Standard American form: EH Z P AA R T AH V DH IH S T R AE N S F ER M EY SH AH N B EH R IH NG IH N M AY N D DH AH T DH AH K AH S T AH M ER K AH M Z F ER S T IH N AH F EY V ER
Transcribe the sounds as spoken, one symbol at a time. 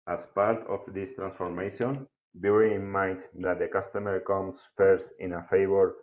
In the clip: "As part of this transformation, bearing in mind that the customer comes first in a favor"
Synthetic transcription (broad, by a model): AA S P AA R T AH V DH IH S T R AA N S F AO M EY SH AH N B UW IH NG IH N M AY N D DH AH T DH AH K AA S T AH M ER K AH M S F ER S T IH N AH F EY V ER